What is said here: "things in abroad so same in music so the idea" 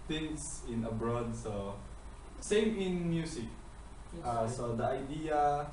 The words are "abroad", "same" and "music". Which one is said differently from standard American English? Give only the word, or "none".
music